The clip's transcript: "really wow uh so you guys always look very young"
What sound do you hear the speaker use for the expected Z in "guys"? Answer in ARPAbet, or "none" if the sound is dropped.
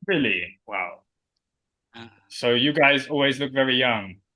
Z